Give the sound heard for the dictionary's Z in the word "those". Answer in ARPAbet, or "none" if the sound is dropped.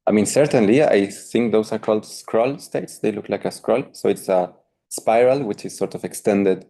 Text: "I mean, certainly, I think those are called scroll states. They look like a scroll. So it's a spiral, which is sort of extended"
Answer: S